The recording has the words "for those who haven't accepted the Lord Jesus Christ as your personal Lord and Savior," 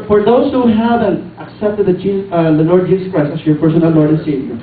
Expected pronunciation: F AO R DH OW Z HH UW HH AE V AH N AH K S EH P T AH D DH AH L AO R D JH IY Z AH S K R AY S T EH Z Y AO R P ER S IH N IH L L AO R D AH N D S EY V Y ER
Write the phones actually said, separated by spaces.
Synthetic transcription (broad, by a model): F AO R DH OW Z HH UW HH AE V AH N AH K S EH P T AH D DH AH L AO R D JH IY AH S K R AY S EH S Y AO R P ER S IH N IH L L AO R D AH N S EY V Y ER